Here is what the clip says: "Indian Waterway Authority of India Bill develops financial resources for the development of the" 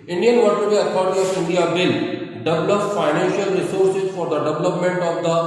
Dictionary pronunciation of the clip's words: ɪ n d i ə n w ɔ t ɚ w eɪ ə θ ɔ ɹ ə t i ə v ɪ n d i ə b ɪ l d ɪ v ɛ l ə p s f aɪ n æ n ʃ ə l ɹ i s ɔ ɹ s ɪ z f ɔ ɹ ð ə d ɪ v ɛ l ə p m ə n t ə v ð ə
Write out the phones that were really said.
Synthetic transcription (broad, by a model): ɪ n d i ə n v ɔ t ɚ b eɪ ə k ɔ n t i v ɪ n d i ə b ɪ l d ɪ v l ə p f aɪ n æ n ʃ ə l ɹ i s ɔ ɹ s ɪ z f ɔ ɹ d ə d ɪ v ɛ l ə p m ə n t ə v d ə